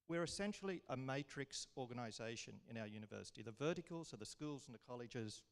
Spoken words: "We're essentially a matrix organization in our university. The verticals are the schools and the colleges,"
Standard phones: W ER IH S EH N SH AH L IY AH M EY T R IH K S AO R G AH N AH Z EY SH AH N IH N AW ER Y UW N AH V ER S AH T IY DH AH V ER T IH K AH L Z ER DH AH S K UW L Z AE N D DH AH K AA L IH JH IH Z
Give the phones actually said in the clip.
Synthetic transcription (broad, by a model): W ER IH S EH N SH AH L IY AH M EY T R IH K S AO R G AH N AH Z EY SH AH N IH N AW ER Y UW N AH V ER S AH T IY DH AH V ER T IH K AH L Z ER DH AH S K UW L Z N DH AH K AA L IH JH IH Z